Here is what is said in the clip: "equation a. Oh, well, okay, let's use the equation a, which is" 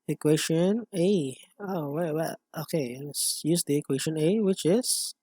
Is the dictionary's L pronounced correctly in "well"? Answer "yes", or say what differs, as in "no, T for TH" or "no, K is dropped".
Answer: no, W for L